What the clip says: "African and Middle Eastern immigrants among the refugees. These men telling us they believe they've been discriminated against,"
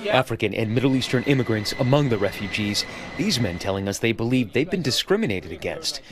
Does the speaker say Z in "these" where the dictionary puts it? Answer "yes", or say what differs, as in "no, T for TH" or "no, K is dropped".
yes